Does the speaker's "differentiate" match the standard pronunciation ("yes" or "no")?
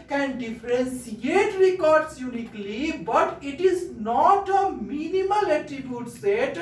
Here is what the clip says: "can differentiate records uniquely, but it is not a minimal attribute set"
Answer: no